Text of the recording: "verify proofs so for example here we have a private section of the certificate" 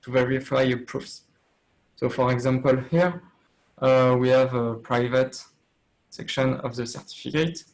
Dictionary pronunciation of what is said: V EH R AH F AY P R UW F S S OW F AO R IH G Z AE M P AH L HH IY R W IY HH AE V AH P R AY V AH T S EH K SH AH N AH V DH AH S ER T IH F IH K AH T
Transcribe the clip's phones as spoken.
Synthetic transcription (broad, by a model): V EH R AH F AY P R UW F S S OW F AO R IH G Z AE M P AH L HH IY R W IY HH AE V AH P R AY V AH T S EH K SH AH N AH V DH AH S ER T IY F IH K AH T